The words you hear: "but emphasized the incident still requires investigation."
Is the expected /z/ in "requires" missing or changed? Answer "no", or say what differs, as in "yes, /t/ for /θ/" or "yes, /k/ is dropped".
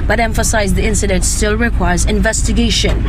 no